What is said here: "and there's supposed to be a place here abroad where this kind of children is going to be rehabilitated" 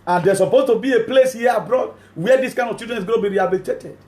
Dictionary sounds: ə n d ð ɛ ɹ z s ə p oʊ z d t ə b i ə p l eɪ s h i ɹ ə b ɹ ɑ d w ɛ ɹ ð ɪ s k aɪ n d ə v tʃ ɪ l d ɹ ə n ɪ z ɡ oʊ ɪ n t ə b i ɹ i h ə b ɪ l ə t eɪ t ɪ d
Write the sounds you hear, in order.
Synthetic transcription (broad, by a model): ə n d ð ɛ s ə p oʊ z t ə b i ə p l eɪ s h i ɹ ə b ɹ ɑ d w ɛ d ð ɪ s k aɪ n d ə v tʃ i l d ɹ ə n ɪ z ɡ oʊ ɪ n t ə b i ɹ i h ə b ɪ l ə t eɪ t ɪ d